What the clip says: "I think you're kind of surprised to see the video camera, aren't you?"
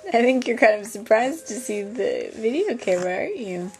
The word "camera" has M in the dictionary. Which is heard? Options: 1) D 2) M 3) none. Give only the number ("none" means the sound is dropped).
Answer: 3